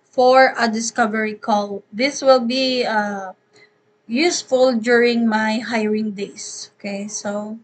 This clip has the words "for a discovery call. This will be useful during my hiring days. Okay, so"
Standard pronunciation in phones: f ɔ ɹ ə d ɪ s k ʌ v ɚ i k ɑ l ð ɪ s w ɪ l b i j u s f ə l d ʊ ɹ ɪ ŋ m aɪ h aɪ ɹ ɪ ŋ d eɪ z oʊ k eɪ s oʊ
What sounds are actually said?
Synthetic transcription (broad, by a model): f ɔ ɹ ə d ɪ s k ʌ v ɚ i k ɑ l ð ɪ s w ɪ l b i j u s f ə l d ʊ ɹ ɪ ŋ m aɪ h aɪ ɹ ɪ ŋ d eɪ s oʊ k eɪ s oʊ